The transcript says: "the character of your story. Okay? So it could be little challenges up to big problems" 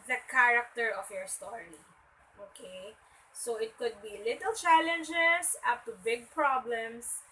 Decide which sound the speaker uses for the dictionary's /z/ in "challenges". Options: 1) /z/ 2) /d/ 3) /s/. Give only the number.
3